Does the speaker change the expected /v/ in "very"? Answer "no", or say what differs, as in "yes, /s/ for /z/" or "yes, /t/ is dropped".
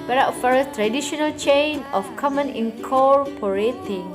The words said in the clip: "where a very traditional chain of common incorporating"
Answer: yes, /f/ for /v/